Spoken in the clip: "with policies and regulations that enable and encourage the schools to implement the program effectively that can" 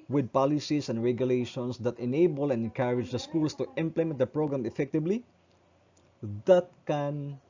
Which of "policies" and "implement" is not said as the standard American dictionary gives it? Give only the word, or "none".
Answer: policies